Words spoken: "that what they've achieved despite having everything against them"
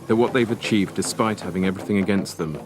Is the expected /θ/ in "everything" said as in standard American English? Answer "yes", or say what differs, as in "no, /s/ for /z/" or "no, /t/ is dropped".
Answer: yes